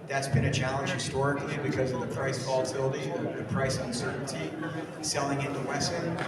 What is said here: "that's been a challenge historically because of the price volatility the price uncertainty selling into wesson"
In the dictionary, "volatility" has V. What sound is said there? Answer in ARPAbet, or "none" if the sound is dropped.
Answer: F